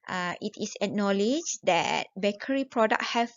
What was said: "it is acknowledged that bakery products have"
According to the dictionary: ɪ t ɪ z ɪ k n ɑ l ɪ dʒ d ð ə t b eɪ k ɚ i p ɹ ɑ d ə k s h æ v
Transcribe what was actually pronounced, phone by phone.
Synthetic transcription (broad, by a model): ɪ t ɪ s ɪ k n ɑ l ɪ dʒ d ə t b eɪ k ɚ i p ɹ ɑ d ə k h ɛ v